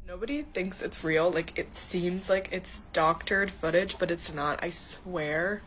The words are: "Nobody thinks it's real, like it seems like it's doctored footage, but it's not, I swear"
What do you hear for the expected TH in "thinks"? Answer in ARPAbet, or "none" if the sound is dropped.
TH